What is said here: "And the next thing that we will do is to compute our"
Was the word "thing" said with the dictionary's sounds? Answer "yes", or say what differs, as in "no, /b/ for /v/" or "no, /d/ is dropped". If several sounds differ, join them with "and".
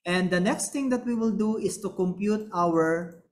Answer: no, /t/ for /θ/